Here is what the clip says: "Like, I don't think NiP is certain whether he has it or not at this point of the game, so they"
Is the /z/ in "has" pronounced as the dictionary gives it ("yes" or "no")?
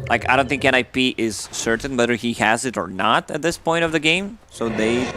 yes